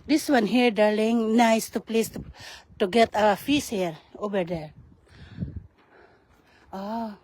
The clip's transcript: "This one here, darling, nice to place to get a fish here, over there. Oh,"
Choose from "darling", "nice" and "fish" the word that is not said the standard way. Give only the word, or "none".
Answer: fish